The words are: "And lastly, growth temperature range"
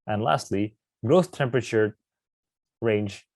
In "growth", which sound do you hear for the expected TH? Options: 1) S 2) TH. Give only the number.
1